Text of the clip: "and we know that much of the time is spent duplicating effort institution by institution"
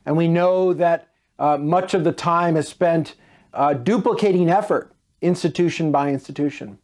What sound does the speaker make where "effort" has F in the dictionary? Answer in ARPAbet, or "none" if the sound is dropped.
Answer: F